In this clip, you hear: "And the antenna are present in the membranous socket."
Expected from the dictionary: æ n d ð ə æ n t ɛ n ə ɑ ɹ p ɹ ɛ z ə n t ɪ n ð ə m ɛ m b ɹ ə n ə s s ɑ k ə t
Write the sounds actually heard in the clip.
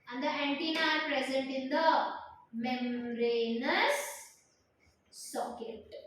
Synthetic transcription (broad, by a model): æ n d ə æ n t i n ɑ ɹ p ɹ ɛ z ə n t ɪ n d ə m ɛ m ɹ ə n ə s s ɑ k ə t